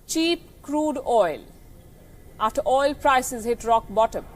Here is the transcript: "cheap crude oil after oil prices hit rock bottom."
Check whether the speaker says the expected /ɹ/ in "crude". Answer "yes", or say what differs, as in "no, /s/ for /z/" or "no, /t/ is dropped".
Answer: yes